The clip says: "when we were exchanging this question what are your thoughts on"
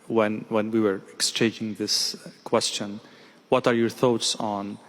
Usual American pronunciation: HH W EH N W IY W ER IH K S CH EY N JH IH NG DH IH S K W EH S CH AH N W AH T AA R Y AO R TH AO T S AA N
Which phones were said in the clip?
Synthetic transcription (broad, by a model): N W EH N W IY W ER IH K S CH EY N JH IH NG DH IH S K W EH S CH AH N W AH T AA R Y AO R TH AO T S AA N